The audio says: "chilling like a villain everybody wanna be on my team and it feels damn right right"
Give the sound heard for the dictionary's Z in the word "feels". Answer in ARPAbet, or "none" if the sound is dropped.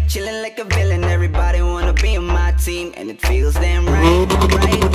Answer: Z